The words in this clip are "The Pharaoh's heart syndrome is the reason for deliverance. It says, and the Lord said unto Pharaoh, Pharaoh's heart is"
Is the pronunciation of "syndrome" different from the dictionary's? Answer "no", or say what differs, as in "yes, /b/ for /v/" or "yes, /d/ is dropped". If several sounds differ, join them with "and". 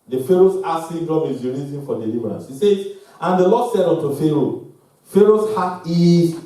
yes, /n/ is dropped